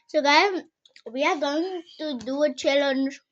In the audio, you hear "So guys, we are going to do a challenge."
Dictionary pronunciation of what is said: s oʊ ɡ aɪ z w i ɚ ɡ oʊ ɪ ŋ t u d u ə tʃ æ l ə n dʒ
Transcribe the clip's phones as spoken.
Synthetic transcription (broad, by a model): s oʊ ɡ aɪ w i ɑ ɡ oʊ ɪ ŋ t u d u ə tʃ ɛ l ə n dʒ